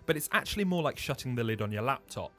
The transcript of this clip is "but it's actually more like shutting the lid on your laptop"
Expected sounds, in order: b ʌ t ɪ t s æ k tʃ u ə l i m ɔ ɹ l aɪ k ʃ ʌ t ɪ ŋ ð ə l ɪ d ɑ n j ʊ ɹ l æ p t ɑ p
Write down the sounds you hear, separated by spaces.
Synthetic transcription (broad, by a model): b ʌ t ɪ t s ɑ k tʃ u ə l i m ɔ l aɪ k ʃ ʌ t ɪ ŋ ð ə l ɪ d n j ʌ l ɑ p t ɑ p